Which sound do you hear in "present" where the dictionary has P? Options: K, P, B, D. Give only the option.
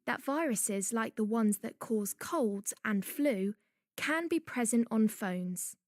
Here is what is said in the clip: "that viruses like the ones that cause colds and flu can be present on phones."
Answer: P